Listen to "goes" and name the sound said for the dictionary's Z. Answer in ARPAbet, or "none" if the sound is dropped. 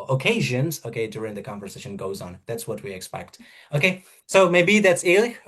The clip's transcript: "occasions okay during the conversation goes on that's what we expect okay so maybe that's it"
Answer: Z